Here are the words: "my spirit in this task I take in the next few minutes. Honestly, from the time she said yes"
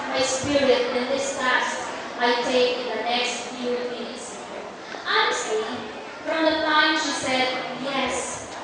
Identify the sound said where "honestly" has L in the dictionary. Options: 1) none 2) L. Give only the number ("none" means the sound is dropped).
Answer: 1